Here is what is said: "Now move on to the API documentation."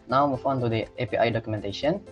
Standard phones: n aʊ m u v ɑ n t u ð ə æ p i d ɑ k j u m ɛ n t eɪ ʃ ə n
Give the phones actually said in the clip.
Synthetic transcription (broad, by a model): n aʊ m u f ɑ n t u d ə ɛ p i d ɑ k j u m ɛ n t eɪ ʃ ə n